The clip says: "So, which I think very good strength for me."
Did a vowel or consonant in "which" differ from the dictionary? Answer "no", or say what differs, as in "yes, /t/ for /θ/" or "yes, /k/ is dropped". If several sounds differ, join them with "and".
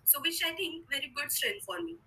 yes, /ʃ/ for /tʃ/